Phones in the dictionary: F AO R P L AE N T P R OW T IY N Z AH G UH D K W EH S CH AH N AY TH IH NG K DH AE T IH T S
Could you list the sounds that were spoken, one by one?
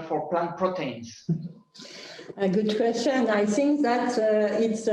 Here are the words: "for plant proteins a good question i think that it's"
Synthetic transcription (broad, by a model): F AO R P L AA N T P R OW T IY N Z AH G UH D K W EH S CH AH N AY TH IH NG K DH AE T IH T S